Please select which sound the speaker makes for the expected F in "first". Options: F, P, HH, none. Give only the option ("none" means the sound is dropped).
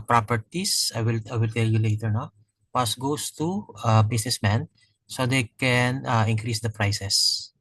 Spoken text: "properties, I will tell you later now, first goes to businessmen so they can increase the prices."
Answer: P